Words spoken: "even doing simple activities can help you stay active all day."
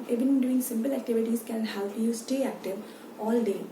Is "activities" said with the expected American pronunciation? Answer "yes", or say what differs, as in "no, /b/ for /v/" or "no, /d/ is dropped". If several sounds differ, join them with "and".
no, /s/ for /z/